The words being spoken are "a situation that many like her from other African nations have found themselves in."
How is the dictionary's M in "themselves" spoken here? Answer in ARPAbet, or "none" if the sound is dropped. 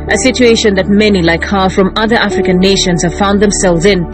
M